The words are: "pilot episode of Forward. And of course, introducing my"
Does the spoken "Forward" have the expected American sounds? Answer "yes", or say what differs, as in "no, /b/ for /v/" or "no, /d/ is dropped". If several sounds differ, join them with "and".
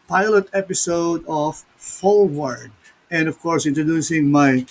no, /l/ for /ɹ/